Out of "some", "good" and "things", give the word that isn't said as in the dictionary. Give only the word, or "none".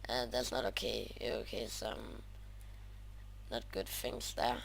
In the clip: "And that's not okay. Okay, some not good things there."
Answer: things